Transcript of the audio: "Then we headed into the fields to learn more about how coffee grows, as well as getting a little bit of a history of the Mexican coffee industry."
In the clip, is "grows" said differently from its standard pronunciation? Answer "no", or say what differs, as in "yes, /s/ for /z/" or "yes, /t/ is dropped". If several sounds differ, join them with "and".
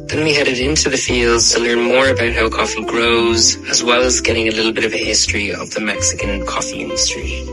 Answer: no